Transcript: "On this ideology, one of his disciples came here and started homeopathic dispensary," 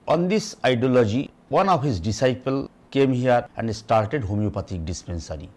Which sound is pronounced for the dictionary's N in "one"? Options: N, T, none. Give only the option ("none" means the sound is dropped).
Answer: N